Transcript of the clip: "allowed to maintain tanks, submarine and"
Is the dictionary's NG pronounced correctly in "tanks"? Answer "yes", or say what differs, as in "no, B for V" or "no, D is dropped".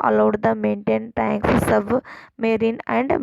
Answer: yes